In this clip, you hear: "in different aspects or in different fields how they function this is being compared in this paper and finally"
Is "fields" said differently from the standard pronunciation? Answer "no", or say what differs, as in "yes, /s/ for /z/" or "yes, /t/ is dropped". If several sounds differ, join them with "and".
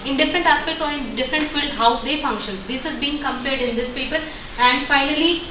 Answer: yes, /z/ is dropped